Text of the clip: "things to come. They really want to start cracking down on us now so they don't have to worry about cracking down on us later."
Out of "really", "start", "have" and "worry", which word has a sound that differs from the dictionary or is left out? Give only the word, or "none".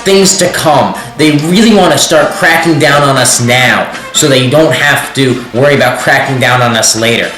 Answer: have